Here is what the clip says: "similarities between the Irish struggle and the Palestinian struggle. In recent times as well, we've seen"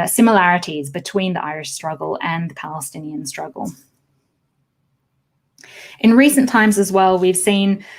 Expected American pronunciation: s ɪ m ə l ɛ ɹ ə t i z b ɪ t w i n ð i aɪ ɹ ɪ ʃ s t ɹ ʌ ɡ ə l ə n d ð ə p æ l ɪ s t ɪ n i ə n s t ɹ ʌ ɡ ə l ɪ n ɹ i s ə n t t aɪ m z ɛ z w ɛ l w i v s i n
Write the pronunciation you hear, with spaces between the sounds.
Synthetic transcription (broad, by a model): s ɪ m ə l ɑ ɹ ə t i z b ɪ t w i n ð i aɪ ɹ ɪ ʃ s t ɹ ʌ ɡ ə l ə n ð ə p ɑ l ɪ s t ɪ n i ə n s t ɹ ʌ ɡ ə l ɪ n ɹ i s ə n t t aɪ m z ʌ z w ɛ l w i v s i n